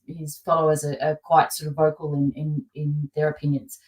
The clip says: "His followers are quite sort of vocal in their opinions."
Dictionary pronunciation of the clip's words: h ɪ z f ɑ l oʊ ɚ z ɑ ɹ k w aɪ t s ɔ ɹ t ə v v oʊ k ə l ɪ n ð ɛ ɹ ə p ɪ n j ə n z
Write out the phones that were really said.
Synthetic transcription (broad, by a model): h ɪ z f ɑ l oʊ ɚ z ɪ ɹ k w aɪ t s ɔ ɹ t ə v v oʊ k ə n ɪ n ð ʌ ɹ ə p ɪ n j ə n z